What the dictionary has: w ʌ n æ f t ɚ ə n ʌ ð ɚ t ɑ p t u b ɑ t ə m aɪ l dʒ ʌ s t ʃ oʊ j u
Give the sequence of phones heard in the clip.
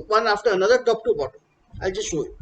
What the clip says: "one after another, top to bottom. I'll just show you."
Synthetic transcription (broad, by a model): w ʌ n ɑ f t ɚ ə n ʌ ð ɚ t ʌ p t u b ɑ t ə aɪ l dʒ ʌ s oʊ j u